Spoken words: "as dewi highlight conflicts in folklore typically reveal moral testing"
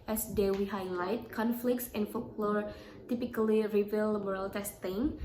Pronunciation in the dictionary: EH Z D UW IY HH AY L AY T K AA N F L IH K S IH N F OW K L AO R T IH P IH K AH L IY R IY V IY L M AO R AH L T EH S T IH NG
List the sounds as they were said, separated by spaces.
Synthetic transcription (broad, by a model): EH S D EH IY HH AY L AY T K AA N F L IH K S IH N F OW K L AO R T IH P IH K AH L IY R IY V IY L M AO R AH L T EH S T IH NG